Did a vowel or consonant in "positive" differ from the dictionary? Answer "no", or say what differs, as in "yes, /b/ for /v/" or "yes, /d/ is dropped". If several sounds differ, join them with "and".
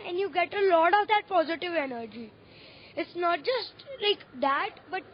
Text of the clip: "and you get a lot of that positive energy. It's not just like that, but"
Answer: no